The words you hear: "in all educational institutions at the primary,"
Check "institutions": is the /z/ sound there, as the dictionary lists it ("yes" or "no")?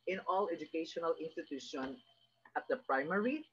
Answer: no